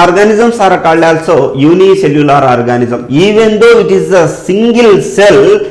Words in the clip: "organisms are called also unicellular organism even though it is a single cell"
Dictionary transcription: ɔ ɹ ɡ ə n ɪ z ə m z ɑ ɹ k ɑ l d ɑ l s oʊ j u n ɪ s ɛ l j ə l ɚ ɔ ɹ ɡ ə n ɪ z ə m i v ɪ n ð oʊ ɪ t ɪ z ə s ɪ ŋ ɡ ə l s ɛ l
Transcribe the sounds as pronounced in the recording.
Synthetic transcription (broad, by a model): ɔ ɹ ɡ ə n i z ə m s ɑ ɹ k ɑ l ɑ l s oʊ j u n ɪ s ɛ l j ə l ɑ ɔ ɹ ɡ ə n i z ə m i v ɪ n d oʊ ɪ t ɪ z ə s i ŋ ɡ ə l s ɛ l